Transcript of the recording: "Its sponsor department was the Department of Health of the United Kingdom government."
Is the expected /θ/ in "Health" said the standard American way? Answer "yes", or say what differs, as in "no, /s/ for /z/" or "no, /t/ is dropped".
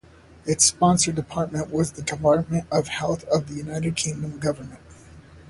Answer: yes